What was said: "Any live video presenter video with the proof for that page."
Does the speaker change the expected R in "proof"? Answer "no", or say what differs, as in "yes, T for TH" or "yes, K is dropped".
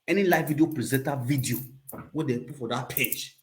yes, R is dropped